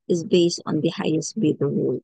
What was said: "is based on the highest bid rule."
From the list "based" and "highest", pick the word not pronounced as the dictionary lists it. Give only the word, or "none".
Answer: none